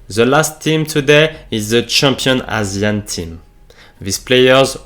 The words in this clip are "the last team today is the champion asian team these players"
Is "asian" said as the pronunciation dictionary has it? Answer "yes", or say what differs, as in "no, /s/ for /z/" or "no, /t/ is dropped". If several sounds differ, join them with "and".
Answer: no, /z/ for /ʒ/